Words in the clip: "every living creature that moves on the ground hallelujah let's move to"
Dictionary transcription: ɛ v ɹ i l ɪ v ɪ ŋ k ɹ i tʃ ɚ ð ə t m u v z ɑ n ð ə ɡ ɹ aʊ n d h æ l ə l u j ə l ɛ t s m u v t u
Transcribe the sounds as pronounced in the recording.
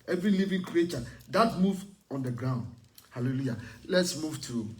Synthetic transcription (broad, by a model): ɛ v ɹ i l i v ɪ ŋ k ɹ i tʃ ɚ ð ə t m u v ɑ n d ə ɡ ɹ aʊ n d h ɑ l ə l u j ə l ɛ t s m u v t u